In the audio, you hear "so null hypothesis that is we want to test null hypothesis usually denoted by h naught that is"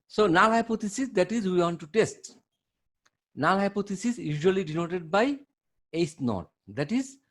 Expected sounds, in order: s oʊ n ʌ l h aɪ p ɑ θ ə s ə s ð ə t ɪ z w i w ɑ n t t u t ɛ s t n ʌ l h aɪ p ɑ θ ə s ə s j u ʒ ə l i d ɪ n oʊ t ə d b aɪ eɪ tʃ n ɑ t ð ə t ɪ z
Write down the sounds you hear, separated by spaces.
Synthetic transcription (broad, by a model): s oʊ n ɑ l h aɪ p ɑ t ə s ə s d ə t ɪ z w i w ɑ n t t u t ɛ s t n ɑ l h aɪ p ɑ t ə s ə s j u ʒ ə l i d ɪ n oʊ t ə d b aɪ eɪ s n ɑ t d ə t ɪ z